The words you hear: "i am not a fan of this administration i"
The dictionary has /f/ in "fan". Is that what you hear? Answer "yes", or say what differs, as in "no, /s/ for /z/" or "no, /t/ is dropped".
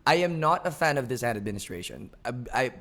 yes